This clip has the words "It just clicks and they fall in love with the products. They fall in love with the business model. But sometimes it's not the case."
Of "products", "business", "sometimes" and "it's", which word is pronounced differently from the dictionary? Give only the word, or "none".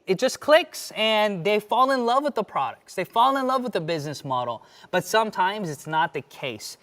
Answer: none